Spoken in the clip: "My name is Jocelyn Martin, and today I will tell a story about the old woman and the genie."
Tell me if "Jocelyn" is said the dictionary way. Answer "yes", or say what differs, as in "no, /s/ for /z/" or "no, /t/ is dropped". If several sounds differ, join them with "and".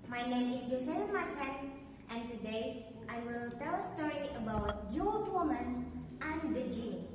no, /l/ is dropped